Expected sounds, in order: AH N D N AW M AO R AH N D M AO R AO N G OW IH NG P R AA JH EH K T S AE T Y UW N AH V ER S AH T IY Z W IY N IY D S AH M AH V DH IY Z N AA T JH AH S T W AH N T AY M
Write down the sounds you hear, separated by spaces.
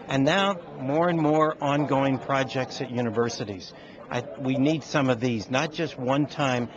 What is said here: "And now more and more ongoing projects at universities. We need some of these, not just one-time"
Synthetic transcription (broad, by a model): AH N N AW M AO R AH N M AO R AO N G OW IH NG P R AA JH EH K T S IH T Y UW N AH V ER S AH T IY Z W IY N IY D S AH M AH V DH IY Z N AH T JH AH S T W AH N T AY M